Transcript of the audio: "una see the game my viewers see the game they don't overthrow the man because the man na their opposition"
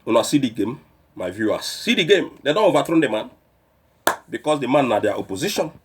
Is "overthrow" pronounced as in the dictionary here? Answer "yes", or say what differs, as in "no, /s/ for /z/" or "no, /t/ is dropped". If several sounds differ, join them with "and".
no, /t/ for /θ/